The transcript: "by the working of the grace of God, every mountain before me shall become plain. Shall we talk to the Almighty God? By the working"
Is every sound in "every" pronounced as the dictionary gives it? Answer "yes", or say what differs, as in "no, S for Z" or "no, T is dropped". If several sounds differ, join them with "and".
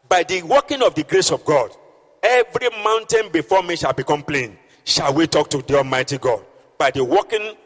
yes